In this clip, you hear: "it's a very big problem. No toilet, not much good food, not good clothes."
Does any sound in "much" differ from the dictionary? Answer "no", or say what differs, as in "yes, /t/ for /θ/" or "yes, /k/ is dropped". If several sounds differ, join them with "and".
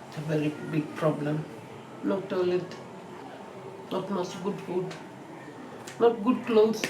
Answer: yes, /s/ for /tʃ/